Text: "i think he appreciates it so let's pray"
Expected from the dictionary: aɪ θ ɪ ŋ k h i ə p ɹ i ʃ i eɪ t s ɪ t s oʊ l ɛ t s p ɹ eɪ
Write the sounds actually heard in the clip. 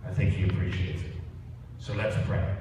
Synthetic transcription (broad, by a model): aɪ θ ɪ ŋ k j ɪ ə p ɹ i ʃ i eɪ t ɪ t s oʊ l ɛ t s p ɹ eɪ